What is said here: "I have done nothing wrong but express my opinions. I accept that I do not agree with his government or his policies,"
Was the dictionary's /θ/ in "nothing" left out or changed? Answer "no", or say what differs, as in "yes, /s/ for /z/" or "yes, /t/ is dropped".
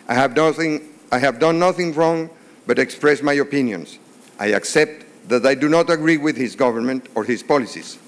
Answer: no